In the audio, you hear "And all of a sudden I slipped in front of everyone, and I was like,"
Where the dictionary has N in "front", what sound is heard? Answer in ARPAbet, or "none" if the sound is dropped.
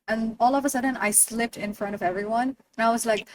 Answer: none